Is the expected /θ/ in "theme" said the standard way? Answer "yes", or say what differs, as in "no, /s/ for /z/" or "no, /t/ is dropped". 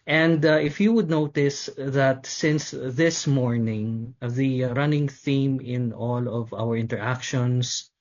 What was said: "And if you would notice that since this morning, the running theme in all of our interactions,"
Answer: yes